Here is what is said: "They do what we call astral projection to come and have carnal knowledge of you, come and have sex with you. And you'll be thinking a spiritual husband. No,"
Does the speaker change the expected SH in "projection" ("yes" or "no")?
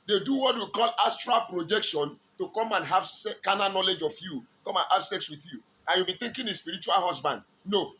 no